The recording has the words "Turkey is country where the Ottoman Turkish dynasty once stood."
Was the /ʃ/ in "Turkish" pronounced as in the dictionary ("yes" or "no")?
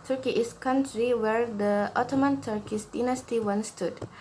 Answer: no